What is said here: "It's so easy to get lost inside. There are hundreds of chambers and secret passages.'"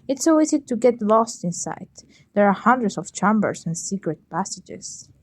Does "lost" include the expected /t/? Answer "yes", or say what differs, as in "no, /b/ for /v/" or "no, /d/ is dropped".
yes